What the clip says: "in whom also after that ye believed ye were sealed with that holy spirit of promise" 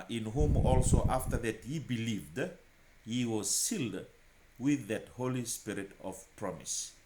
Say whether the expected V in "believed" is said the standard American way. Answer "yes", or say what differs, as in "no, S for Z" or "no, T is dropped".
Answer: yes